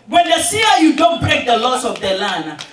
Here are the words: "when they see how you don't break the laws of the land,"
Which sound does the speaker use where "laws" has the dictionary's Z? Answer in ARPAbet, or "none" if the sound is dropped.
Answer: S